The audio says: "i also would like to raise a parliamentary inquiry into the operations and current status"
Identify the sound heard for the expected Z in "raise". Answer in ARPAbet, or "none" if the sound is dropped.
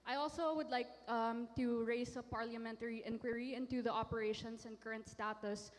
S